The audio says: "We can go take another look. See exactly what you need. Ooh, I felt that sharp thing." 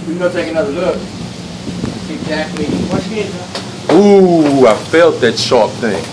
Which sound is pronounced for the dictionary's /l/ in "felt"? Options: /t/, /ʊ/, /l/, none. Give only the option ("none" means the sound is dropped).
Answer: /l/